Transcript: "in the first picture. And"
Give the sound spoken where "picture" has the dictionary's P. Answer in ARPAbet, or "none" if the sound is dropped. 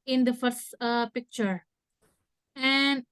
P